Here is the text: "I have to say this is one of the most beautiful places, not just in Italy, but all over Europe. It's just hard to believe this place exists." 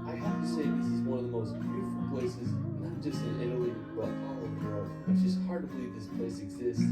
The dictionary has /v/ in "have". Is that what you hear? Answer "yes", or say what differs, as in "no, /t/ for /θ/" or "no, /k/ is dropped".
no, /f/ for /v/